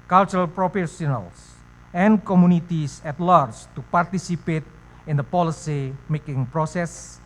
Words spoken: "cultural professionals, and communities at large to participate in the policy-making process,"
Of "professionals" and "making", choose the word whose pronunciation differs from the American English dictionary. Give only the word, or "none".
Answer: professionals